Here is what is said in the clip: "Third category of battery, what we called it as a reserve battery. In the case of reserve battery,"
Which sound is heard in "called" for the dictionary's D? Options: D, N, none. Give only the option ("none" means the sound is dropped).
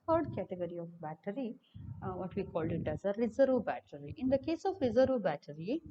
D